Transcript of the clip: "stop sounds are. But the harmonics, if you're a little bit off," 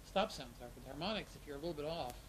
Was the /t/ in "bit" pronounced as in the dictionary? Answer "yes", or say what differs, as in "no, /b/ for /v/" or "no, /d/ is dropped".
yes